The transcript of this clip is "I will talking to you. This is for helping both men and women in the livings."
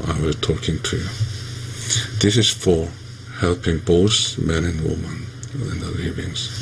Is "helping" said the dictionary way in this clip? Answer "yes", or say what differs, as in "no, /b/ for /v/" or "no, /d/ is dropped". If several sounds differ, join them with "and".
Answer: yes